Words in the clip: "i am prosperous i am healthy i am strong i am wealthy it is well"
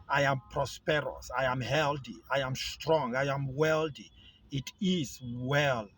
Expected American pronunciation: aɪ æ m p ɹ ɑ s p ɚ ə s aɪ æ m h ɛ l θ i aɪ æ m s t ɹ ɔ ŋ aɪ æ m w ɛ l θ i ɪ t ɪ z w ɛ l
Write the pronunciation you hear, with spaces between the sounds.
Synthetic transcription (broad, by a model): aɪ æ m p ɹ ɑ s p ɚ ə s aɪ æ m h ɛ l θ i aɪ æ m s t ɹ ɔ ŋ aɪ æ m w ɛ l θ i ɪ t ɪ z w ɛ l